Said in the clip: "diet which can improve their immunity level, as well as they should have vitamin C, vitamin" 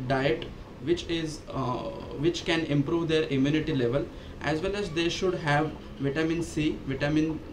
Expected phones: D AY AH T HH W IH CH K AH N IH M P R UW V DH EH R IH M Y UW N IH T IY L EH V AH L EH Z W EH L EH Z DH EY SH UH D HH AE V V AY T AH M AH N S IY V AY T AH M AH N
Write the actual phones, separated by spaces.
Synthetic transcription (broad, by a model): D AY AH T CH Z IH CH K AH N IH M P R UW V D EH R IH M Y UW N IH T IY L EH V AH L EH Z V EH L EH Z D EY SH UH D HH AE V V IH T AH M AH N S IY V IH T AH M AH N